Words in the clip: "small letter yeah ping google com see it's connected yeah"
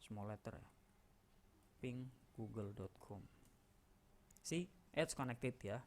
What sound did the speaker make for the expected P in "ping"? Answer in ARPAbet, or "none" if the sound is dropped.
P